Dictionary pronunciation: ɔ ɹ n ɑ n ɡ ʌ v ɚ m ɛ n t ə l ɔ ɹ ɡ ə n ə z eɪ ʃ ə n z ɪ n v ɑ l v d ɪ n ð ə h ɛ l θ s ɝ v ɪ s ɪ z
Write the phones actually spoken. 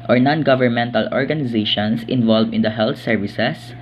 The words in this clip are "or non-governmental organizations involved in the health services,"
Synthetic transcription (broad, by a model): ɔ ɹ n ɑ n ɡ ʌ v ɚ m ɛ n t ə l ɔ ɹ ɡ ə n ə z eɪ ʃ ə n s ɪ n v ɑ l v ɪ n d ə h ɛ l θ s ɝ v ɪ s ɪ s